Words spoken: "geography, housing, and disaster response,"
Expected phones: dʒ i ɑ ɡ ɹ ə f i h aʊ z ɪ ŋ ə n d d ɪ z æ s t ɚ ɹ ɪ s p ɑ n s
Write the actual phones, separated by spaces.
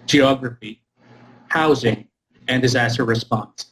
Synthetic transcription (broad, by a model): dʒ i ɑ ɡ ɹ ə f i h aʊ z ɪ ŋ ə n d d ɪ z æ s t ɚ ɹ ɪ s p ɑ n s